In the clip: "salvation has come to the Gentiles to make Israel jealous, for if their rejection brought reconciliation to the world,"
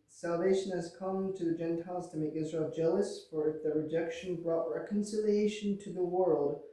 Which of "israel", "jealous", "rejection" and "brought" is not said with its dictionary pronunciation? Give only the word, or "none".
none